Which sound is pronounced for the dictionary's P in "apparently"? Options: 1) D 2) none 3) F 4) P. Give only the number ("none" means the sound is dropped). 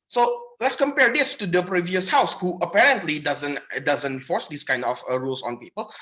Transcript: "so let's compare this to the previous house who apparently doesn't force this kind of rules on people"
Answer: 4